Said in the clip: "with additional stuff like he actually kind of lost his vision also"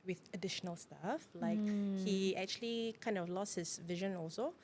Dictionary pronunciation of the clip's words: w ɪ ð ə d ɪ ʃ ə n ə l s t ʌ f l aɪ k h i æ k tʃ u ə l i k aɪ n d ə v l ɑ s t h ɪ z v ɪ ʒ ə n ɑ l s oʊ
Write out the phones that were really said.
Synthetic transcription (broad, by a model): w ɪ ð ə d ɪ ʃ ə n ə l s t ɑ f l aɪ k h i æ k tʃ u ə l i k aɪ n d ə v l ɑ s t h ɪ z v ɪ ʒ ə n ɑ l s oʊ